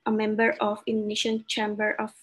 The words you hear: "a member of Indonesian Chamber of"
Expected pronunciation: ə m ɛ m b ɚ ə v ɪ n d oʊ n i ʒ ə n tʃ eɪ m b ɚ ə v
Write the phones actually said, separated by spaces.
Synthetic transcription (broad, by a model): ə m ɛ m b ɚ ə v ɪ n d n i ʃ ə n tʃ eɪ m b ɚ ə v